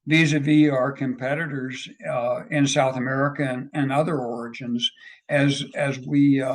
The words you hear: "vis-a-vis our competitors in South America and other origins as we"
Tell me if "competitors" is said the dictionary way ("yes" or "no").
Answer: yes